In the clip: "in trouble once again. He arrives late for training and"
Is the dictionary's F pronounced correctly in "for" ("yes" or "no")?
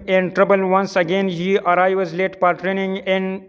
no